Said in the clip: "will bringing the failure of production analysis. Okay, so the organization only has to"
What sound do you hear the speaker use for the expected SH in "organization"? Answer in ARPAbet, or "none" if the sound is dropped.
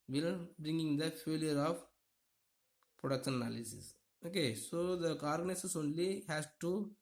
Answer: S